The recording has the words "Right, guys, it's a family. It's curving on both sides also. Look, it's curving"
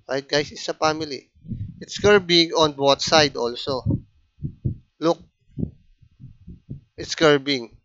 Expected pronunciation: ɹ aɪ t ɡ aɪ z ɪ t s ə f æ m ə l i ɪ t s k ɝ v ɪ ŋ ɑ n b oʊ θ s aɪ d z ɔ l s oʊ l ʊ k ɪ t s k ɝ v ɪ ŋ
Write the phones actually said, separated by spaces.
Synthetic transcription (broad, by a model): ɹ aɪ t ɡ aɪ s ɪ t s ə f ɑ m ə l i ɪ t s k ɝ b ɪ ŋ ɑ n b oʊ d s aɪ d ɔ l s oʊ l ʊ k ɪ t s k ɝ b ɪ ŋ